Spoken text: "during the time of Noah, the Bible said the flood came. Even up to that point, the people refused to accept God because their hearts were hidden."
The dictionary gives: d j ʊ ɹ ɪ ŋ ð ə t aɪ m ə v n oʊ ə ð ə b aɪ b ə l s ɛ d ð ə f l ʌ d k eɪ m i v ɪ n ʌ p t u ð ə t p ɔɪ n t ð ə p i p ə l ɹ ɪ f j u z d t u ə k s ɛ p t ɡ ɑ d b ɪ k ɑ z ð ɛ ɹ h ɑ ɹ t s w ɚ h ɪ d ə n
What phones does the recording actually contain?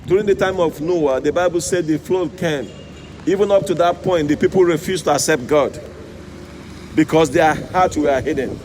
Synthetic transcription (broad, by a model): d j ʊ ɹ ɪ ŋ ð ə t aɪ m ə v n oʊ ə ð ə b aɪ b ə l s ɛ d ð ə f l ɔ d k eɪ m i v ɪ n ʌ p t u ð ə t p ɔɪ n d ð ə p i p ə l ɹ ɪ f j u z t u ə k s ɛ p t ɡ ɑ d b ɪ k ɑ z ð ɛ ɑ h ɑ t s w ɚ h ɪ d n